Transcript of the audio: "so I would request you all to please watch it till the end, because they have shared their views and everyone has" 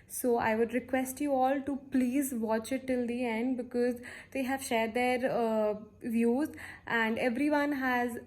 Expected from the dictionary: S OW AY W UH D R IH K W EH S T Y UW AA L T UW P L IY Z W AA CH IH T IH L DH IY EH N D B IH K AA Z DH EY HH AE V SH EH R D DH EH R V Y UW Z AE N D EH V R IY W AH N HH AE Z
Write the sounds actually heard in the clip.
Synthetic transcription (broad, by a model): S OW AY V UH D R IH K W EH S T Y UW AA L T UW P L IY Z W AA CH IH T IH L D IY EH N D B IH K AA Z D EY HH AE V SH EH R D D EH R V Y UW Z AE N D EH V R IY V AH N HH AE Z